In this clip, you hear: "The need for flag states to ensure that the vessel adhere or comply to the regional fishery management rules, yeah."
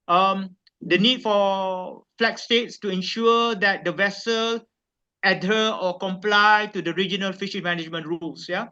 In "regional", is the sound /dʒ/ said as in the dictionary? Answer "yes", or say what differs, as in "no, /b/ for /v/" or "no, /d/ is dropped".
yes